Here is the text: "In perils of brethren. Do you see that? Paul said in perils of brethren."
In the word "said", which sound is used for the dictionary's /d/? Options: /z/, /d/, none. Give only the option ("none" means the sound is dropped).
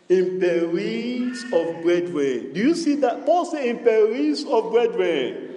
none